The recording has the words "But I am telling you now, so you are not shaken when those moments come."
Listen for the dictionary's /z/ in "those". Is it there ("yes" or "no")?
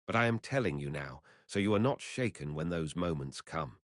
yes